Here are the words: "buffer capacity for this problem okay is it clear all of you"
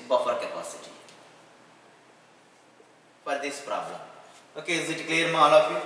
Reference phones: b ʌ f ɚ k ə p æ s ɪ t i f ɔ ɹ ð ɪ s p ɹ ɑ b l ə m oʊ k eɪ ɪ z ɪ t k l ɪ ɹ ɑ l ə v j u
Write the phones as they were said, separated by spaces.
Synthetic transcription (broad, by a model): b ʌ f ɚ k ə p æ s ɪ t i p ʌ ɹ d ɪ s p ɹ ɑ b l ə m oʊ k eɪ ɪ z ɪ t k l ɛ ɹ ɑ l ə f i